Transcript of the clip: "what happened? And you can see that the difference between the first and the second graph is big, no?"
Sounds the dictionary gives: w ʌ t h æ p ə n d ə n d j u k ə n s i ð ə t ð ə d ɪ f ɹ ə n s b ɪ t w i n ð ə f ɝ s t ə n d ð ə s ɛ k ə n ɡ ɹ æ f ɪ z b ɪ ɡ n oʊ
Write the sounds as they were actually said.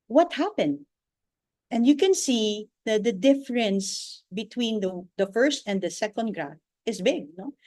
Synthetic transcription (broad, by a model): w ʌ t h æ p ə n d ə n d j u k ə n s i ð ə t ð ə d ɪ f ɹ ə n s b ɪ t w i n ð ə f ɝ s t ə n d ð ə s ɛ k ə n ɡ ɹ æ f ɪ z b ɪ ɡ n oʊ